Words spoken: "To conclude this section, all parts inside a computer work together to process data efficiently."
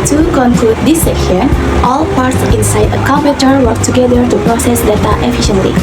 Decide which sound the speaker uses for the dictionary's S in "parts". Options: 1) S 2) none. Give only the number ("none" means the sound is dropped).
1